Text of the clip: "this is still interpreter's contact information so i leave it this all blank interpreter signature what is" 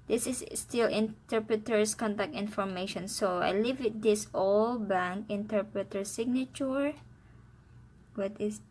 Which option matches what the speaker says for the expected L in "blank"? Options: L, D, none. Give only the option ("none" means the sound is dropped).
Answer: none